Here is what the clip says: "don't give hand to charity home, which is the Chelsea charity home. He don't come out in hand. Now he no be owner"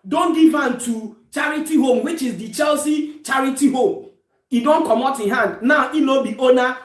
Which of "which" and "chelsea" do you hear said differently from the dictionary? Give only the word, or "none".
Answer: none